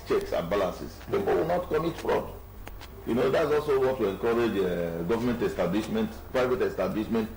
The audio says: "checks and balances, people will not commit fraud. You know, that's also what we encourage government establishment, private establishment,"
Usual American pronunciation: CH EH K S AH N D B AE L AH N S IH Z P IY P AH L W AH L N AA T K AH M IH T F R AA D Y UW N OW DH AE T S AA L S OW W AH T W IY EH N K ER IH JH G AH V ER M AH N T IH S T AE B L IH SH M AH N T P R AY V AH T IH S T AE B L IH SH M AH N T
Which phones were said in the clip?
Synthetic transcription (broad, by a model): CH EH K S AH N B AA L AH N S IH S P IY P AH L W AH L N AA T K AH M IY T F R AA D Y UW N OW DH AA T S AA L S OW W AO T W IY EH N K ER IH JH G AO V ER M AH N T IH S T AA B L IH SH M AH N T P R AY V AH T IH S T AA B L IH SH M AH N T